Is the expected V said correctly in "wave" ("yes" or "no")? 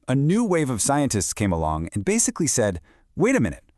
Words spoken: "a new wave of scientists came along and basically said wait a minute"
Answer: yes